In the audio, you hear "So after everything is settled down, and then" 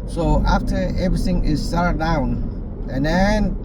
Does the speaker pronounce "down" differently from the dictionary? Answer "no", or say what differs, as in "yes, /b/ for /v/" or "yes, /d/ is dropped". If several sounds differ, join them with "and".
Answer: no